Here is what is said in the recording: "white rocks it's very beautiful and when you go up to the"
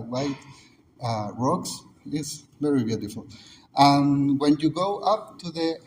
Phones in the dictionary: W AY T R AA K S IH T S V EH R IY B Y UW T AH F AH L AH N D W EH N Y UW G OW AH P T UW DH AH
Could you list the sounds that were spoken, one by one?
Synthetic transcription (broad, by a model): W AY T R AA K S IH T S V EH R IY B Y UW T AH F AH L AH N W EH N Y UW G OW AH P T UW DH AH